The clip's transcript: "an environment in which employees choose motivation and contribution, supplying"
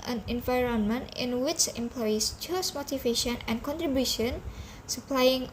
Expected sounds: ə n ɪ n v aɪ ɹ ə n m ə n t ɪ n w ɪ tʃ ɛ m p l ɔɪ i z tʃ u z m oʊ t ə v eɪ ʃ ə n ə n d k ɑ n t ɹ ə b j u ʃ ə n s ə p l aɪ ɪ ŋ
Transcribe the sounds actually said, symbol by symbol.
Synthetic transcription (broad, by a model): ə n ɪ n v aɪ ɹ ə n m ə n t ɪ n w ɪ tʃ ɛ m p l ɔɪ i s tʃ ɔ s m oʊ t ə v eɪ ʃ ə n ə n k ɑ n t ɹ ə b j u ʃ ə n s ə p l aɪ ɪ ŋ